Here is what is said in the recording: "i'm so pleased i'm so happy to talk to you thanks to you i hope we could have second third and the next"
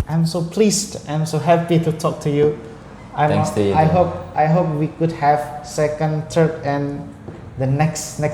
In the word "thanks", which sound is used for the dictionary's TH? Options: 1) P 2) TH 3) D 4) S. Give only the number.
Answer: 4